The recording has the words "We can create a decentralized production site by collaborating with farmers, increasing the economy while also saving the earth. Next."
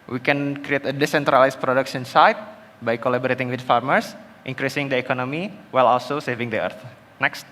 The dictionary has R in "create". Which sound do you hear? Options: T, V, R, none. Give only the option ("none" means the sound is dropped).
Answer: R